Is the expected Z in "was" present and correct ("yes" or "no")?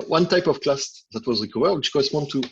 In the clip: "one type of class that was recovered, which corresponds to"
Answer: yes